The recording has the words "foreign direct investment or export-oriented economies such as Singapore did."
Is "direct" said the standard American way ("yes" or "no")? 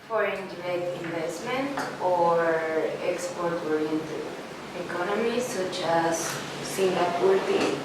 no